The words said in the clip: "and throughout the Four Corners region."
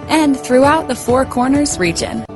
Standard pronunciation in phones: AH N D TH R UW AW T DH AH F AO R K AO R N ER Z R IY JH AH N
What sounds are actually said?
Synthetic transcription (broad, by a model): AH N TH R UW AW T DH AH F AO R K AO R N ER Z R IY JH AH N